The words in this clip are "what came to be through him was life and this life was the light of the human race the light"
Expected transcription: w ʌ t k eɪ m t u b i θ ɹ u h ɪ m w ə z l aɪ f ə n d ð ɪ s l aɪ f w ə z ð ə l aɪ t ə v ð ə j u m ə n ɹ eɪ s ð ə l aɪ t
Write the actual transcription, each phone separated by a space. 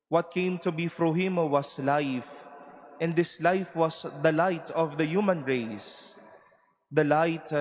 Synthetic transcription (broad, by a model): w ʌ t k eɪ m t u b i f ɹ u h ɪ m w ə s l aɪ f ə n d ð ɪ s l aɪ f w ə s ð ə l aɪ t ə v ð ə j u m ə n ɹ eɪ s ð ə l aɪ t